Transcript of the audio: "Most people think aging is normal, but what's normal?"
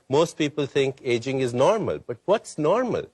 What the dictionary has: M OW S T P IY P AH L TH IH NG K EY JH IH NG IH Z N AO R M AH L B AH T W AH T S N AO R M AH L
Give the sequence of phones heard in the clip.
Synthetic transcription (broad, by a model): M OW S T P IY P AH L T IH NG K EY JH IH NG IH Z N AO R M AH L B AH T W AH T S N AO R M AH L